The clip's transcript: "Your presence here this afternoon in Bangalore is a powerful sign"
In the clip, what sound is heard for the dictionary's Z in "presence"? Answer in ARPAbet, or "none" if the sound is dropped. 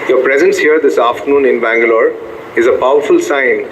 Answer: Z